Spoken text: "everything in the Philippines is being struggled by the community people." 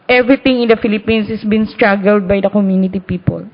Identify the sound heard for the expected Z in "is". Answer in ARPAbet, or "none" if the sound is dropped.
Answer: S